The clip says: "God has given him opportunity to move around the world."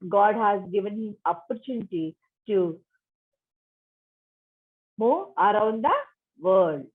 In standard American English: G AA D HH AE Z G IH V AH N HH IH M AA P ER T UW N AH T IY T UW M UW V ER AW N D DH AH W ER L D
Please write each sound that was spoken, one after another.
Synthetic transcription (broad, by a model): G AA D HH AE Z G IH V AH N HH IH M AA P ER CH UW N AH T IY T UW M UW ER AW N D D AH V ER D D